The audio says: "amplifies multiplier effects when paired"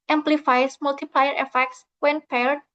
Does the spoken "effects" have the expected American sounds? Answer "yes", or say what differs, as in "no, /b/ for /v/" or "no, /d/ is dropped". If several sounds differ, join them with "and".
yes